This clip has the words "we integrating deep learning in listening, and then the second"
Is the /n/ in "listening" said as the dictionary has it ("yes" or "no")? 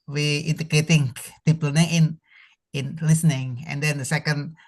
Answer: yes